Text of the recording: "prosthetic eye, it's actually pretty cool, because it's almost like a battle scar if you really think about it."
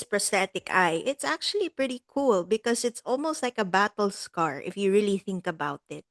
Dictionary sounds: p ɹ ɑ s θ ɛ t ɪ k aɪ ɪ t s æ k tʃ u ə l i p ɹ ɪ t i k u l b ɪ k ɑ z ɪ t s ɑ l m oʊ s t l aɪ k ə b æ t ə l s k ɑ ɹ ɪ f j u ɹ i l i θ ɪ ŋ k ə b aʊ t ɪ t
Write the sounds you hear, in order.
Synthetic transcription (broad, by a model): p ɹ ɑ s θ ɛ t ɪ k aɪ ɪ t s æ k tʃ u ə l i p ɹ ɪ t i k u l b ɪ k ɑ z ɪ t s ɑ l m oʊ s t l aɪ k ə b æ t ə l s k ɑ ɹ ɪ f j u ɹ i l i θ ɪ ŋ k ə b aʊ t ɪ t